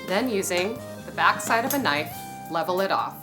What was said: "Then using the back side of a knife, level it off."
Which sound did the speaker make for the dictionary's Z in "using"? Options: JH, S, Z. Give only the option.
Z